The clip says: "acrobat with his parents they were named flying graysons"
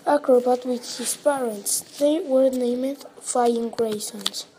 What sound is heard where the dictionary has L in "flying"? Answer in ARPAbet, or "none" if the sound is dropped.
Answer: none